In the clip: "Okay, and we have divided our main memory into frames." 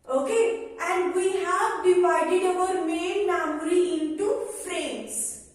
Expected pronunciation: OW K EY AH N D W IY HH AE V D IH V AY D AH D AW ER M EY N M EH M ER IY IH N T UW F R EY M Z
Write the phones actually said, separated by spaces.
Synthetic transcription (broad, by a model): OW K EY AH N D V IY HH AE V D IH V AY D AH D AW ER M EY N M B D IY IH N T UW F R EY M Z